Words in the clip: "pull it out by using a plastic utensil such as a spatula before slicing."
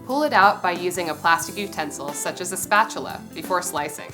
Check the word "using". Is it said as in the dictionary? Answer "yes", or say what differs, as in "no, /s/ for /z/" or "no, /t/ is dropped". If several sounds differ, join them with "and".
yes